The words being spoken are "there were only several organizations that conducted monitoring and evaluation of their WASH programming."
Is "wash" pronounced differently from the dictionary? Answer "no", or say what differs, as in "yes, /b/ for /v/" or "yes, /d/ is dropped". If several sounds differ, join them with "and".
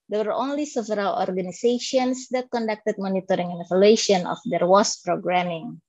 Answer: yes, /s/ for /ʃ/